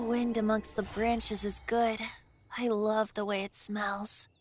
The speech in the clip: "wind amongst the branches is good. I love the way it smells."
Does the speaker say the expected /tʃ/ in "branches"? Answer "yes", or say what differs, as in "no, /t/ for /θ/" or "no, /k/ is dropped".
yes